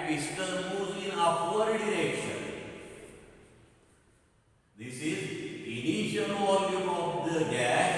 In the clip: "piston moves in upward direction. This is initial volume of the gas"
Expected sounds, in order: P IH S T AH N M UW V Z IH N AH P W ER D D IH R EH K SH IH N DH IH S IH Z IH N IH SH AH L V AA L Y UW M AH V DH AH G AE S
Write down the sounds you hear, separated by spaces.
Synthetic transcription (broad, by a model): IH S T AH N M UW Z IH N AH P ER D D IH R EH K SH IH N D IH S IH Z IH N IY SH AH L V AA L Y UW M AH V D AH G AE